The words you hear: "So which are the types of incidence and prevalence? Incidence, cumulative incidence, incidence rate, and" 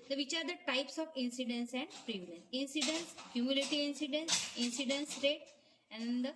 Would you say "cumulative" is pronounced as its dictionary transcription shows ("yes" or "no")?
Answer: no